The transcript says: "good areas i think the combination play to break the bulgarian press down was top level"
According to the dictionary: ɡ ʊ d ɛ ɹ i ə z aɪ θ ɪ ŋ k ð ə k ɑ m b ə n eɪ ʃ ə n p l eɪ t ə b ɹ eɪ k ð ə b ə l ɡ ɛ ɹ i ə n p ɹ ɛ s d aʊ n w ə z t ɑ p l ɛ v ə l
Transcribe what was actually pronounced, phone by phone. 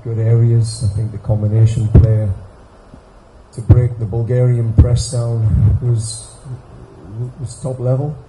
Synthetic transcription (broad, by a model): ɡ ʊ d ɛ ɹ i ə z aɪ θ ɪ ŋ k ð ə k ɑ m b ə n eɪ ʃ ə n p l eɪ t ə b ɹ eɪ k ð ə b ə l ɡ ɛ ɹ i ə n p ɹ ɛ s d aʊ n w ə z t ɑ p l ɛ v ə l